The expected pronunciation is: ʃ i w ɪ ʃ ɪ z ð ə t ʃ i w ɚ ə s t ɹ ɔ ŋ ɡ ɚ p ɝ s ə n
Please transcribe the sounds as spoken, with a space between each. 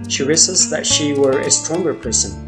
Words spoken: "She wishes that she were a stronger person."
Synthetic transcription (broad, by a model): ʃ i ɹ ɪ s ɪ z ð ə t ʃ i w ɚ ə s t ɹ ɔ ŋ ɡ ɚ p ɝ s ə n